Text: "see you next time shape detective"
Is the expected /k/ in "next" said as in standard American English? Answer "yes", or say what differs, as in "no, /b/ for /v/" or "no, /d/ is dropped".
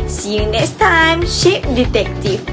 no, /k/ is dropped